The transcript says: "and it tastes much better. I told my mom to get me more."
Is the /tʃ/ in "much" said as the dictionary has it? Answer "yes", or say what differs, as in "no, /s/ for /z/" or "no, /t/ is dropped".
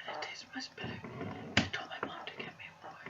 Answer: no, /s/ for /tʃ/